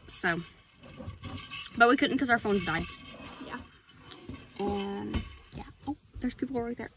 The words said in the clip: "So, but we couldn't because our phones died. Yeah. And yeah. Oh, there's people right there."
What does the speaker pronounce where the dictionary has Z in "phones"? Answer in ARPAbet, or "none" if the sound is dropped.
Z